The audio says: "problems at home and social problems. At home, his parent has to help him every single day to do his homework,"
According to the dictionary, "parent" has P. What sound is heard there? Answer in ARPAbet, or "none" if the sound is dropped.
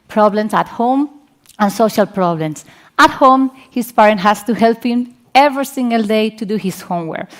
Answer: P